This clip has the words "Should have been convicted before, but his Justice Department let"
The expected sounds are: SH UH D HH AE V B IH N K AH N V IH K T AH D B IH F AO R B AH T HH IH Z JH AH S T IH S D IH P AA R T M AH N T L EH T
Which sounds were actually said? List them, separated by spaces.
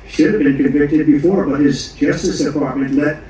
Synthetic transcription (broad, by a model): SH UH D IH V B IH N K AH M V IH K T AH D B IH F AO R B AH T HH IH Z JH AH S T IH S D IH P AA R T M AH N T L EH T